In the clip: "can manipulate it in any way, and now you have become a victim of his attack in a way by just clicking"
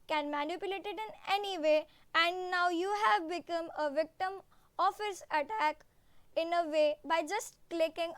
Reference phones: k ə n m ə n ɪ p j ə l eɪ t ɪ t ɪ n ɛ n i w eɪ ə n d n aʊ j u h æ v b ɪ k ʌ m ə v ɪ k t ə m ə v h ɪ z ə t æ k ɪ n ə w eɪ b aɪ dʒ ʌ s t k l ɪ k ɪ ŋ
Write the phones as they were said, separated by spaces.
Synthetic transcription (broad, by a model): k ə n m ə n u p j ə l eɪ t ɪ t ɪ n ɛ n i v eɪ ə n d n aʊ j u h æ v b ɪ k ʌ m ə v ɪ k t ə m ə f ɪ s ə t æ k ɪ n ə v eɪ b aɪ dʒ ʌ s t k l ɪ k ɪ ŋ